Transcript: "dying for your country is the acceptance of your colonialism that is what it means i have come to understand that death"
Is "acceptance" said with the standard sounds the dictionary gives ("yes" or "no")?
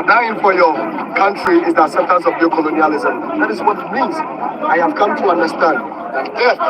no